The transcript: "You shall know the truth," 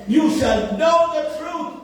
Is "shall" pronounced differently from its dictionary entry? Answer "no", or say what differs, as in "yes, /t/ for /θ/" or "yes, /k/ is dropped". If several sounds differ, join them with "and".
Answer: yes, /s/ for /ʃ/